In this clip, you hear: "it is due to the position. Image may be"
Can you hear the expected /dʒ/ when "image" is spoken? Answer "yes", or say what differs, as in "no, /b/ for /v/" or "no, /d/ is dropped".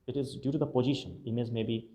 no, /z/ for /dʒ/